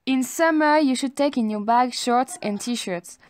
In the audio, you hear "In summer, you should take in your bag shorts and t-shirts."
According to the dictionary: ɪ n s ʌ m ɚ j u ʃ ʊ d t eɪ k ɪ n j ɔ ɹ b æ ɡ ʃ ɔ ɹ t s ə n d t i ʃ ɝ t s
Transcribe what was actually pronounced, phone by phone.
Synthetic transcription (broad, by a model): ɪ n s ʌ m ɚ j u ʃ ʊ d t eɪ k ɪ n j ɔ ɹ b æ ɡ ʃ ɔ ɹ t s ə n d t i ʃ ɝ t s